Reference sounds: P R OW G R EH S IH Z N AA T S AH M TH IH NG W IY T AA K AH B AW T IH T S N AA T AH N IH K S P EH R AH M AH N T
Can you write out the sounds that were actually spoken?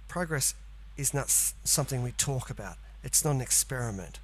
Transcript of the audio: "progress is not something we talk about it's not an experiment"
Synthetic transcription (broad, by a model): P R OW G R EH S IH Z N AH T S AH M TH IH NG W IY T AA K AH B AW T IH T S N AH T AH N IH K S P EH R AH M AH N T